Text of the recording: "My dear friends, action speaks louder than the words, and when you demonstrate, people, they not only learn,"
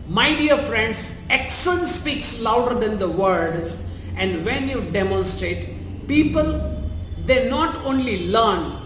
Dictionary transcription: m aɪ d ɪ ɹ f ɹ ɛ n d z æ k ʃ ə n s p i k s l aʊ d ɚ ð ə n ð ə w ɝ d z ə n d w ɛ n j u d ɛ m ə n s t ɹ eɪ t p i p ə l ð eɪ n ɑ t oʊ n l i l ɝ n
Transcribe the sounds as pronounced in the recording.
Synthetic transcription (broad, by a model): m aɪ d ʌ ɹ f ɹ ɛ n d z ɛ k s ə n s p i k s l aʊ d ɚ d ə n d ə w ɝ d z ə n d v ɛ n j u d ɛ m ə n s t ɹ eɪ t p i p ə l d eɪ n ɑ t oʊ n l i l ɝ n